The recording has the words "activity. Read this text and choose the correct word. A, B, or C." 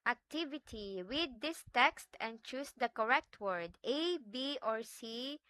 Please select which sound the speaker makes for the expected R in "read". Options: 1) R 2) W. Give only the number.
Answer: 2